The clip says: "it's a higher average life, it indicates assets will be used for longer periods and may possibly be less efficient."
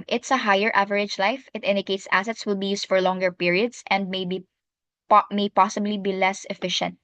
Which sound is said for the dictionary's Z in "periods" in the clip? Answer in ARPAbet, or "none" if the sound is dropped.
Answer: S